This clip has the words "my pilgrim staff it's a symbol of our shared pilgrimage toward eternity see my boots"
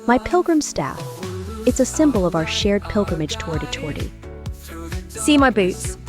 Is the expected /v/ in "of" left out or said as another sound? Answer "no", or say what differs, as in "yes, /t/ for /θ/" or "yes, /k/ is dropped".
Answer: no